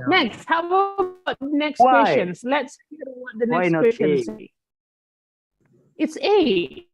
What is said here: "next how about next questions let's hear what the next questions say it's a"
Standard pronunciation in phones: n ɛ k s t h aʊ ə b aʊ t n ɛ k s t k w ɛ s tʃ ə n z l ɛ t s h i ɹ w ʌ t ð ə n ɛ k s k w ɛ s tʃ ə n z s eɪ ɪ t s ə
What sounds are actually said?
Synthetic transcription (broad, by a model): n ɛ k s t h aʊ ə aʊ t n ɛ k s t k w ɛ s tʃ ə n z l ɛ t s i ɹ w ʌ t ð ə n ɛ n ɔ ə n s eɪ ɪ t s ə